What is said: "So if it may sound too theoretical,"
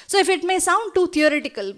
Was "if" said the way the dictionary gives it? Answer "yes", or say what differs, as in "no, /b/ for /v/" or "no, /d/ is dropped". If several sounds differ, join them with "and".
yes